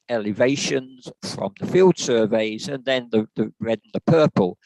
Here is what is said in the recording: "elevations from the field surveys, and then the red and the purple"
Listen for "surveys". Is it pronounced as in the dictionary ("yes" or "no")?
yes